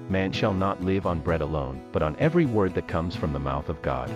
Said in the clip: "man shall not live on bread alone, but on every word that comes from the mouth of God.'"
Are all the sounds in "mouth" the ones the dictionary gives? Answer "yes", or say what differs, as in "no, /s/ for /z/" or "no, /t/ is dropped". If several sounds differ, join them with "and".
yes